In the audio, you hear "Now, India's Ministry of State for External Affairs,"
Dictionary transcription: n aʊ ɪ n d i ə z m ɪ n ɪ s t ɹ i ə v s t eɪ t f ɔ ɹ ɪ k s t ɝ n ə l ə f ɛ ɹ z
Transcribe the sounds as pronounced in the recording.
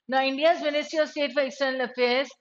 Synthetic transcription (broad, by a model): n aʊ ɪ n d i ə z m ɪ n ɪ s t i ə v s t eɪ t f ɔ ɹ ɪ k s t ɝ n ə l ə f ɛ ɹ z